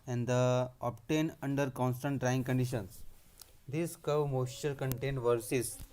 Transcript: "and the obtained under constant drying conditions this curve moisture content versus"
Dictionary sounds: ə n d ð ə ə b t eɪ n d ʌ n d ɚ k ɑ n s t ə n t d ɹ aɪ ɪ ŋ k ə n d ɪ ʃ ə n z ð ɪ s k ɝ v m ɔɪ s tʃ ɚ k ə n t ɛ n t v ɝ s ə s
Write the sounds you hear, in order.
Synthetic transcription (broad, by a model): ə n d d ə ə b t eɪ n ʌ n d ɚ k ɑ n s t ə n t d ɹ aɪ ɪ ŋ k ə n d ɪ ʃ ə n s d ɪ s k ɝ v m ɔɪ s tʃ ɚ k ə n t ɛ n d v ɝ s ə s